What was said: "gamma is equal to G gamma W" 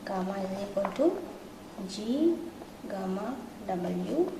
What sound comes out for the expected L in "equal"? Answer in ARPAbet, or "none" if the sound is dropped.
N